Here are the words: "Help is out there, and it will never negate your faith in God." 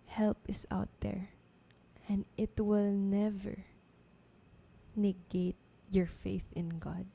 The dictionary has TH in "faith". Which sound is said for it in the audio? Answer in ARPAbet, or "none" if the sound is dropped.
TH